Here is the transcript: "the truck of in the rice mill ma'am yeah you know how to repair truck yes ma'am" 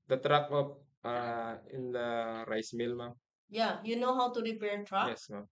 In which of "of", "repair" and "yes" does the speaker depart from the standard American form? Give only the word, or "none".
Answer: of